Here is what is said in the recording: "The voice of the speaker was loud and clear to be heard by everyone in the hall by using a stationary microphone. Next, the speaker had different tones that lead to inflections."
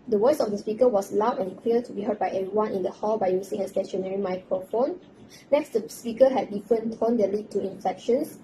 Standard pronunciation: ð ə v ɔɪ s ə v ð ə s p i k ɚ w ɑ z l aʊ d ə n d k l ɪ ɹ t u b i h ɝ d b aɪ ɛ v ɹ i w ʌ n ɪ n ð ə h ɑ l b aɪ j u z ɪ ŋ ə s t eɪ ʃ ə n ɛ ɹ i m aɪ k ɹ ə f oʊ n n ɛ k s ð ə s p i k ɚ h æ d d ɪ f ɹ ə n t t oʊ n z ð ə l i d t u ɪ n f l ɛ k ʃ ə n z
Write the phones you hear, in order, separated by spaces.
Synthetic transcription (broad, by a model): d ə w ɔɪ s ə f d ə s p i k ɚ w ɑ s l aʊ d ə n k w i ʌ t u b i h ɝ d b aɪ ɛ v ɹ i w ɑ n ɪ n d ə h ɑ l b aɪ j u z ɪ ŋ ə s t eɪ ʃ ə n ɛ ɹ i m aɪ k ɹ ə f oʊ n n ɛ k s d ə s p i k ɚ h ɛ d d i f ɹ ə n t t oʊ n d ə l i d t u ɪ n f ɛ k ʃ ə n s